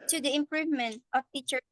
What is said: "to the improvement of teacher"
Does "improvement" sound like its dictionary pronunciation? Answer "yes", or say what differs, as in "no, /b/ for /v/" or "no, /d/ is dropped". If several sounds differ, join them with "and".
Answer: yes